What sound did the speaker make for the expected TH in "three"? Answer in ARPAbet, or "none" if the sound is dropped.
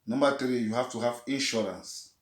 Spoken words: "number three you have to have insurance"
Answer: T